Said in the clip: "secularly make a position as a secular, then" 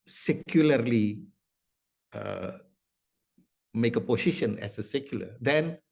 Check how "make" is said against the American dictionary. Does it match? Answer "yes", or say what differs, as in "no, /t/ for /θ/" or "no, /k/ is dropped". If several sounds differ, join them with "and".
yes